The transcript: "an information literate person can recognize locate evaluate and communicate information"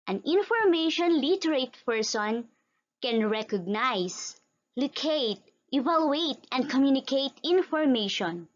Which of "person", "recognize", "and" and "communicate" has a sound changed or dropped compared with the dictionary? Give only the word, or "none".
recognize